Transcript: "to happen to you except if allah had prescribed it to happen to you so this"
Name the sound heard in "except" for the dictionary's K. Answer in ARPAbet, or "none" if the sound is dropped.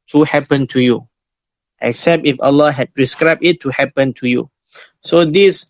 K